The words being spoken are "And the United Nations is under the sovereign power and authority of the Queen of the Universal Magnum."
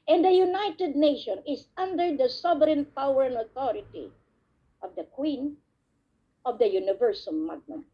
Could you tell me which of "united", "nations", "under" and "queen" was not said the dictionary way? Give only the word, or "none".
nations